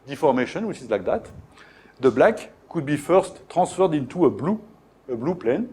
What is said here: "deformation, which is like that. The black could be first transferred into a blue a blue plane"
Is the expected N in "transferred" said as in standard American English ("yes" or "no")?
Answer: no